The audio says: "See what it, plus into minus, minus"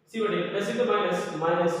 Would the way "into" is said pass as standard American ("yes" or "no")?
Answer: no